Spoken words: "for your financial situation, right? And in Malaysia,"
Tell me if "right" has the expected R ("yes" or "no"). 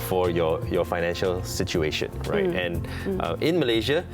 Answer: yes